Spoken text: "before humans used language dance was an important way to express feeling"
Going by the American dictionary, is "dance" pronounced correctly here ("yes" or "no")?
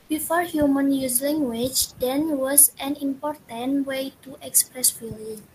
no